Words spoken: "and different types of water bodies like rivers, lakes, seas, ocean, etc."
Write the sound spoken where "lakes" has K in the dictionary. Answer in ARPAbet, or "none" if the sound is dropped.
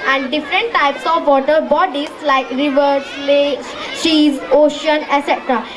none